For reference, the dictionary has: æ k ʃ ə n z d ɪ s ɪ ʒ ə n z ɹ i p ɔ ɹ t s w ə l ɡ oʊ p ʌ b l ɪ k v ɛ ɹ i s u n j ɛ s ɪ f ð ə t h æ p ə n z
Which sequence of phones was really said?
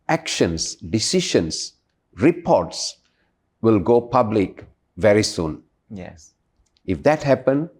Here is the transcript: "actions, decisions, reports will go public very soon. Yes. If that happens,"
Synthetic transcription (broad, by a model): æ k ʃ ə n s d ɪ s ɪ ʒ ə n s ɹ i p ɔ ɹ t s w ə l ɡ oʊ p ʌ b l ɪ k v ɛ ɹ i s u n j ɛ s ɪ f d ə t h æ p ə n